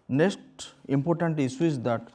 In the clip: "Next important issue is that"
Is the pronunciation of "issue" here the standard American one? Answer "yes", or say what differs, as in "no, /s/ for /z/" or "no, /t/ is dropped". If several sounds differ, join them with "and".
no, /s/ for /ʃ/